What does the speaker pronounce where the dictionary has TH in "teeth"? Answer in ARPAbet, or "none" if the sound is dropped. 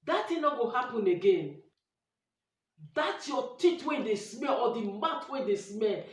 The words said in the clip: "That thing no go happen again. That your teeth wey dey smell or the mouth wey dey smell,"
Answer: T